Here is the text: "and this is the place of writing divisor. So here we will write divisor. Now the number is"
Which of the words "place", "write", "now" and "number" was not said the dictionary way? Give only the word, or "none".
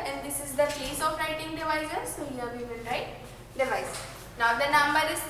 place